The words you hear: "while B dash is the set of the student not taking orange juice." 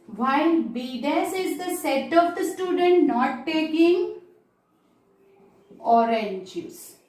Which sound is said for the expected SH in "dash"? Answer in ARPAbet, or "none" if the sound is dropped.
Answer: S